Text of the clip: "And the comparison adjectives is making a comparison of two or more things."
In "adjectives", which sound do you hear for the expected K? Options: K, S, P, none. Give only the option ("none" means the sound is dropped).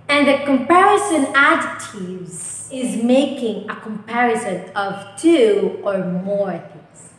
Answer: none